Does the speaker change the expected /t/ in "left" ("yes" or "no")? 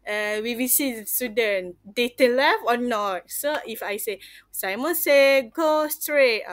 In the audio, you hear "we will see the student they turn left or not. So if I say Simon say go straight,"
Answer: yes